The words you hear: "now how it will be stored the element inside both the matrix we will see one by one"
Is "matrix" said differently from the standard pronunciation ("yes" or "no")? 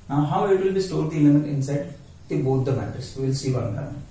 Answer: yes